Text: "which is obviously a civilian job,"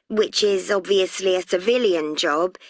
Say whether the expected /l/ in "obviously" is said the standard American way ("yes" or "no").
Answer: yes